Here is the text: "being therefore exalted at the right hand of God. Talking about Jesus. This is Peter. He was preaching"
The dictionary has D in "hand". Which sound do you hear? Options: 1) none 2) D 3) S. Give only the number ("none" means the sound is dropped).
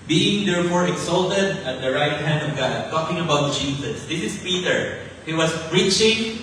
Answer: 2